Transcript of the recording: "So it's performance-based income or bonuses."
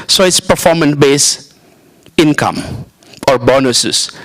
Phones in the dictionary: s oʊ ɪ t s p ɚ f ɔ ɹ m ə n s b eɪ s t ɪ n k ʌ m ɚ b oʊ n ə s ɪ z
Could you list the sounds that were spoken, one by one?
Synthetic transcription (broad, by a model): s oʊ ɪ t s p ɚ f ɔ m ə n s b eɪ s ɪ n k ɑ m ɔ b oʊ n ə s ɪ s